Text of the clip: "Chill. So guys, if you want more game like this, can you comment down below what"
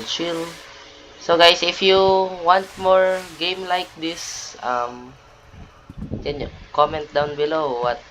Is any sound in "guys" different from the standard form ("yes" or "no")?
yes